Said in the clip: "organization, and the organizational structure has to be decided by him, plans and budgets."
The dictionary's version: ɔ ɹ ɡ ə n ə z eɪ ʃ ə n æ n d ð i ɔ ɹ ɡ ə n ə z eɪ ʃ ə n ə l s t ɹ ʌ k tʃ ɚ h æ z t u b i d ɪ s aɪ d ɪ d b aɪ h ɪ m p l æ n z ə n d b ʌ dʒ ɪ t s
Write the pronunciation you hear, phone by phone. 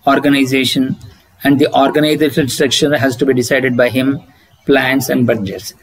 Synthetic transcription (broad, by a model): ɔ ɹ ɡ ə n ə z eɪ ʃ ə n æ n d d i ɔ ɹ ɡ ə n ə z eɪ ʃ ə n s t ɹ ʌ k ʃ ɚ h æ z t u b i d ɪ s aɪ d ɪ d b aɪ h ɪ m p l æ n s ə n d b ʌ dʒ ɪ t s